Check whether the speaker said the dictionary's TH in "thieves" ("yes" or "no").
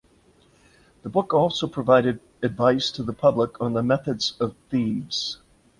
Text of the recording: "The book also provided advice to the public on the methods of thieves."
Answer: yes